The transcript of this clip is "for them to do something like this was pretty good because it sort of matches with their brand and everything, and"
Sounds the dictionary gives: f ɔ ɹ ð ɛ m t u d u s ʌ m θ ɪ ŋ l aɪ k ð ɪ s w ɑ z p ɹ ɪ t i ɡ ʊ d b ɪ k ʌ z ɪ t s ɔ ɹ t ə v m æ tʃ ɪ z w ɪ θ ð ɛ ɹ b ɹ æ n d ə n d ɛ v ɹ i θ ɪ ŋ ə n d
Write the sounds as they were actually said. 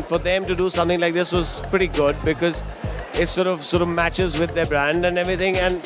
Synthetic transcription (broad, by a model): f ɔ ɹ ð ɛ m t u d u s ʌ m t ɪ ŋ l aɪ k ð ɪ s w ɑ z p ɹ ɪ t i ɡ ʊ d b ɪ k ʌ z ɪ t s ɔ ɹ t ə v m æ tʃ ɪ z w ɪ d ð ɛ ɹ b ɹ æ n d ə n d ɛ v ɹ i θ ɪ ŋ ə n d